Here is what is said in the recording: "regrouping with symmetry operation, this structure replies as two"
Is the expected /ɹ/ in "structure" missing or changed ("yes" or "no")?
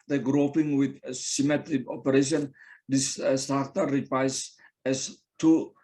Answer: yes